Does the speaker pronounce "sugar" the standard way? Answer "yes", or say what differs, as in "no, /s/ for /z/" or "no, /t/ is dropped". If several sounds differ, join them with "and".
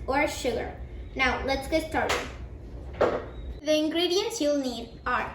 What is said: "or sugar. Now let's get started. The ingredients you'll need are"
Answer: yes